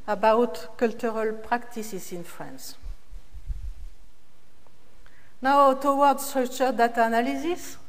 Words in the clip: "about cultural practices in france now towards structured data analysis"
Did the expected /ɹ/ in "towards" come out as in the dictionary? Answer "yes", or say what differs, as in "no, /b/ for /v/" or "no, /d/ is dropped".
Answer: no, /w/ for /ɹ/